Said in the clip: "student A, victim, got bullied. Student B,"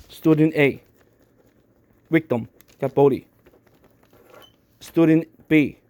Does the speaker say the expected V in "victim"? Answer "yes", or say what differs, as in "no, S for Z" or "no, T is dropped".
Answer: no, W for V